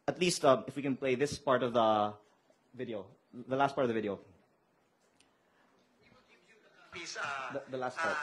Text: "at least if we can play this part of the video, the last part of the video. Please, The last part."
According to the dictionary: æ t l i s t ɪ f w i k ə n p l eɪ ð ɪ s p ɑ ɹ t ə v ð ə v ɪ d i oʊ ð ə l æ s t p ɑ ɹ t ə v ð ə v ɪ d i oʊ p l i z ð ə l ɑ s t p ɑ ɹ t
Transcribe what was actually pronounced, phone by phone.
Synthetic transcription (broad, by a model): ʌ t l i s t ɪ f w i k ə n p l eɪ ð ɪ s p ɑ ɹ t ə v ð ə v ɪ d i oʊ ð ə l æ s t p ɑ ɹ t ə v ð ə v ɪ d i oʊ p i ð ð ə l ɑ s t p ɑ ɹ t